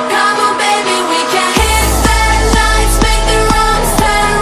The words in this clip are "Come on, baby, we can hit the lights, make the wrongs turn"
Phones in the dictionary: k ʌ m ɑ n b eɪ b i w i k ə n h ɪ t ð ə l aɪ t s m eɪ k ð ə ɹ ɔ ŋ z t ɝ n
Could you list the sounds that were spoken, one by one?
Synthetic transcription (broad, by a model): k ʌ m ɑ b eɪ b i w i k ə n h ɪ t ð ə n aɪ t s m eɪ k ð ə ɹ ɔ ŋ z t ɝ